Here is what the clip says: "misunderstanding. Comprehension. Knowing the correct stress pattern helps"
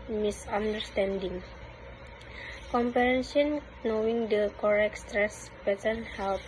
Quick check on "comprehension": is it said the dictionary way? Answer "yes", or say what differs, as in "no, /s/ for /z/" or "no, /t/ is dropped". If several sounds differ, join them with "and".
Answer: no, /ɹ/ is dropped